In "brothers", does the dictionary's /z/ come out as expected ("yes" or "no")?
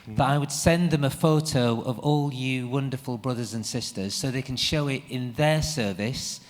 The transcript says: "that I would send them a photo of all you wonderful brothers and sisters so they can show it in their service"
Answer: yes